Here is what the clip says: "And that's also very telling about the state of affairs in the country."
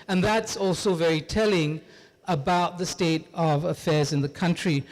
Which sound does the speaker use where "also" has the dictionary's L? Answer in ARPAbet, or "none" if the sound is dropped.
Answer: L